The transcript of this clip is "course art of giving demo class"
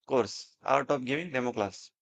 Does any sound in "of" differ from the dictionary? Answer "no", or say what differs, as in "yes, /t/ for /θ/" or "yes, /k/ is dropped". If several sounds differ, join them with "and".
yes, /p/ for /v/